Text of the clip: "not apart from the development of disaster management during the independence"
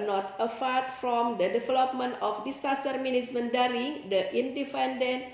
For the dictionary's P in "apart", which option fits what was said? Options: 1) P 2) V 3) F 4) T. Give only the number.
3